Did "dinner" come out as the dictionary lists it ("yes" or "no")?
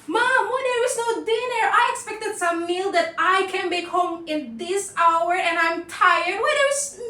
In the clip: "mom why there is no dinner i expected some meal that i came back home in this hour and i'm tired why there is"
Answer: yes